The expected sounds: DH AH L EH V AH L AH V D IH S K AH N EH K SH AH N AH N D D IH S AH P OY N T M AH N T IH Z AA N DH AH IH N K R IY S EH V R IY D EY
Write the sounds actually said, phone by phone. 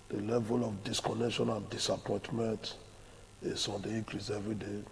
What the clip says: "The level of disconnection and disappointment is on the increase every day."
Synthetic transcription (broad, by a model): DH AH L EH V AH L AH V D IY S K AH N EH K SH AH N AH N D D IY S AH P OY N T M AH N T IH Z AA N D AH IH K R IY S EH V R IY D EY